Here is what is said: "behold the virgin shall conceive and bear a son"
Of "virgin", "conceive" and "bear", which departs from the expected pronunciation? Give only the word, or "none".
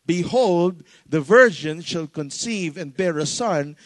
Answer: none